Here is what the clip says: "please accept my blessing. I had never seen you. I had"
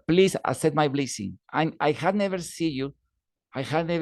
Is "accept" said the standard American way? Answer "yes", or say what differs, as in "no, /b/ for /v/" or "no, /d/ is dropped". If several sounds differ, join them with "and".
no, /k/ is dropped and /p/ is dropped